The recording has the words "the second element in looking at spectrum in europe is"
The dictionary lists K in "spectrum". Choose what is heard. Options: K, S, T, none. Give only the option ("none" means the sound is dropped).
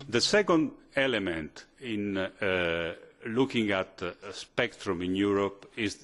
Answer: K